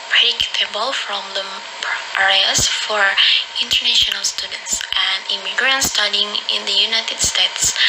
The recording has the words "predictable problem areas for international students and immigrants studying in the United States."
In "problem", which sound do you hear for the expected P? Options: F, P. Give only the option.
F